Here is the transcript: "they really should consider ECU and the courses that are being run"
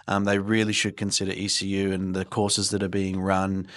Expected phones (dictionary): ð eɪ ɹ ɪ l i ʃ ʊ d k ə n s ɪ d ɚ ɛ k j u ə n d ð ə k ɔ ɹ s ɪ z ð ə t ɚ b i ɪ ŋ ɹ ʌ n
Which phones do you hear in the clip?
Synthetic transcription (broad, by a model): ð eɪ ɹ ɪ l i ʃ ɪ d k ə n s ɪ d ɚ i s j u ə n ð ə k ɔ ɹ s ɪ z ð ə t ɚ b i ɪ ŋ ɹ ʌ n